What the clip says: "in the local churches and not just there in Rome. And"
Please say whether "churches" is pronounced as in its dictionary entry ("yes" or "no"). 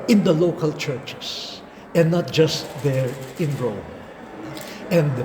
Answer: no